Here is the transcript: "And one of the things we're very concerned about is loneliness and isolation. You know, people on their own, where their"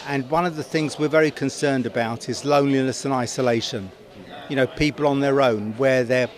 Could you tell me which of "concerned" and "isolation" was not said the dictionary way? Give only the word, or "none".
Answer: none